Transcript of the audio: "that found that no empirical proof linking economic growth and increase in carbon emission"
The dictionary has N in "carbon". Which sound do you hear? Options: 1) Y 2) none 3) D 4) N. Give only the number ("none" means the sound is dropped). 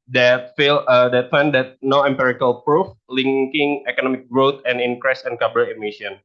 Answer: 2